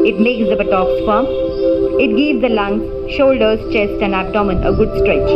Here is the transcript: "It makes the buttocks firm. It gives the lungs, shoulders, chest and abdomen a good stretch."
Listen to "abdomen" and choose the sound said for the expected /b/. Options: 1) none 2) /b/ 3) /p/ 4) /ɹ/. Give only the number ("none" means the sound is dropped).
1